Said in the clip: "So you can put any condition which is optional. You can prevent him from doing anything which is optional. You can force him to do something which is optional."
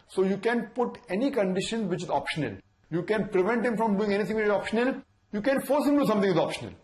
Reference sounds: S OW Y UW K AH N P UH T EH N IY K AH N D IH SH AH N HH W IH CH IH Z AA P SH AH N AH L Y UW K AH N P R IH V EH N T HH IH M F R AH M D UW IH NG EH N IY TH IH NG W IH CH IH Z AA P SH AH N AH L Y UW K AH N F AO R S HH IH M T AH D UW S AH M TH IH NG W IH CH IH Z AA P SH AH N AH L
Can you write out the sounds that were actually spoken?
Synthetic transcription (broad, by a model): S OW Y UW K AH N P UH T EH N IY K AH N D IH SH AH N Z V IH CH IH Z AA P SH AH N AH L Y UW K AH N P R IH V EH N T HH IH M F R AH M D UW IH NG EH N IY T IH NG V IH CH IH Z AA P SH AH N AH L Y UW K AH N F AO R S HH IH M D UW S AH M T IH NG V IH IH Z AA P SH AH N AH L